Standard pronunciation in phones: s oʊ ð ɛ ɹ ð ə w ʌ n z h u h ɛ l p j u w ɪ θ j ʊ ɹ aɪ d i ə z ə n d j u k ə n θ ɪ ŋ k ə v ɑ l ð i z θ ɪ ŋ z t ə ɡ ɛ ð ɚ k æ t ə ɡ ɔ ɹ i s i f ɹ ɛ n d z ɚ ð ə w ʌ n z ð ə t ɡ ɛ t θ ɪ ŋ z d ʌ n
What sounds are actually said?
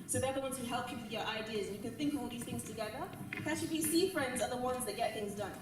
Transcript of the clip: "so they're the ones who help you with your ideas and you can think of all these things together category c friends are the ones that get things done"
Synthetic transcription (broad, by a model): s oʊ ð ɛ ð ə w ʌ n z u h ɛ l p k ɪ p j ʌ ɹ aɪ d i ə z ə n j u k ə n θ ɪ ŋ k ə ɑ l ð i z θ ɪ ŋ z t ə ɡ ɛ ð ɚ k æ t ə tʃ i s i f ɹ ɛ n d z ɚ ð ə w ʌ n z ð ə t ɡ ɛ t θ ɪ ŋ z d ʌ n